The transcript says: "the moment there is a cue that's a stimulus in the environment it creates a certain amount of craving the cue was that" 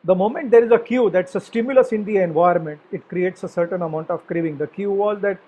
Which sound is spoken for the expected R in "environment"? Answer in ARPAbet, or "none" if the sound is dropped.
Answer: none